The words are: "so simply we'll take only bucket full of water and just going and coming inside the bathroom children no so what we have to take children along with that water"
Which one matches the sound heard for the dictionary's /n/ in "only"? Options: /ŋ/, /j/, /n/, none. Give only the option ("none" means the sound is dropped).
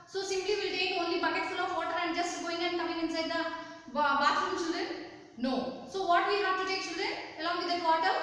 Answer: /n/